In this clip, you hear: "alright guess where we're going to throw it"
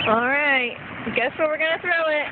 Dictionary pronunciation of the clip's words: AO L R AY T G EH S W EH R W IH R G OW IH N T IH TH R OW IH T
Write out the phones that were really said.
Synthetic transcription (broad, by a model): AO L R AY T G EH S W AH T W IH R G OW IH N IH TH R OW IH T